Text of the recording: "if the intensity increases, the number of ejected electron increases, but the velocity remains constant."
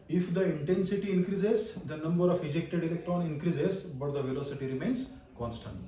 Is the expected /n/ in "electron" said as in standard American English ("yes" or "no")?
yes